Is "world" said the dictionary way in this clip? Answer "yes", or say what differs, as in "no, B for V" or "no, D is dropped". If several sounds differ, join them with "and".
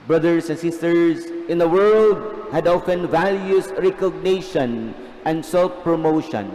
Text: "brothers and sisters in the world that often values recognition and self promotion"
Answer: yes